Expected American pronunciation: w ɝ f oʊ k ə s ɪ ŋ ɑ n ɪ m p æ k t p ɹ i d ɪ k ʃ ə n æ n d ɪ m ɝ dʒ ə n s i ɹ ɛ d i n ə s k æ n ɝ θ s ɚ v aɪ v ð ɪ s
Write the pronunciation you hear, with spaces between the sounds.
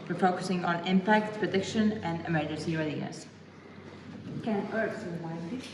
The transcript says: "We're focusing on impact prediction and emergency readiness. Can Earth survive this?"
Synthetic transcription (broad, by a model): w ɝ f oʊ k ə s ɪ ŋ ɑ n ɪ m p æ k t p ɹ i d ɪ k ʃ ə n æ n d ɪ m ɝ dʒ ə n s i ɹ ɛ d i ə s k æ n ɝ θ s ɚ w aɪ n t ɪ